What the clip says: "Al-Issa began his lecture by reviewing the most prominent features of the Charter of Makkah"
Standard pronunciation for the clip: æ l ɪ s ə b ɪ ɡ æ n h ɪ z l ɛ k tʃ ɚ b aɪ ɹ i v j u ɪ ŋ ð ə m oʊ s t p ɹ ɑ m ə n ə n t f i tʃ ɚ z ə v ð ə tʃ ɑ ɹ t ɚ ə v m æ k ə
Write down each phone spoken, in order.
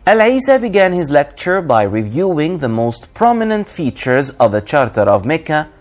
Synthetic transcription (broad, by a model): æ l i s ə b ɪ ɡ æ n h ɪ z l ɛ k tʃ ɚ b aɪ ɹ i v j u ɪ ŋ ð ə m oʊ s t p ɹ ɑ m ə n ə n t f i tʃ ɚ z ə v ð ə tʃ ɑ ɹ t ɚ ə v m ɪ k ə